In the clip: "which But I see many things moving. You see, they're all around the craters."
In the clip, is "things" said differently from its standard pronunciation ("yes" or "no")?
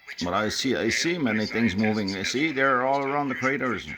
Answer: no